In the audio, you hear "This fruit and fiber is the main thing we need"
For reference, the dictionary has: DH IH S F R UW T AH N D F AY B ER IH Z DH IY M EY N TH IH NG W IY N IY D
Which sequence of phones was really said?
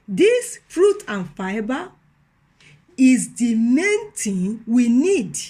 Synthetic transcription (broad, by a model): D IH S F R UW T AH N F AY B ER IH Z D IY M EY N T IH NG W IY N IY D